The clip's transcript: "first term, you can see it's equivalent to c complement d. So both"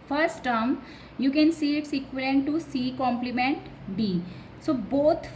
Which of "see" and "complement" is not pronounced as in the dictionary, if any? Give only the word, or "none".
none